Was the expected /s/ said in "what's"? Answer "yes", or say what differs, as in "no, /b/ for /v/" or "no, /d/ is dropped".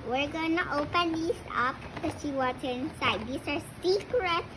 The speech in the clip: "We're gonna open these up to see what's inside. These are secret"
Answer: no, /s/ is dropped